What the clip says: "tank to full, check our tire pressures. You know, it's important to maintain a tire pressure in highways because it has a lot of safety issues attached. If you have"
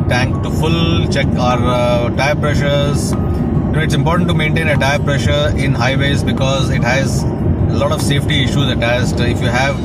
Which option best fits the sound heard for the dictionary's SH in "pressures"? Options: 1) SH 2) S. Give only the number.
1